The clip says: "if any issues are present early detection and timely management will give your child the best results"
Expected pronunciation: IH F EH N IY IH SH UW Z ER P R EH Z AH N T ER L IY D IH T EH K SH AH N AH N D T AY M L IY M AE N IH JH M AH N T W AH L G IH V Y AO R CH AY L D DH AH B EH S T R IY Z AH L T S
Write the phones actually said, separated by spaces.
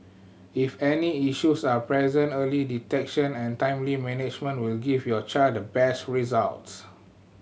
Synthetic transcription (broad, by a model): IH F EH N IY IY SH UW S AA P R EH Z AH N T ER L IY D IH T EH K SH AH N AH N T AY M L IY M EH N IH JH M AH N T W AH L G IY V Y AO CH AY D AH B EH S T R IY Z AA L T S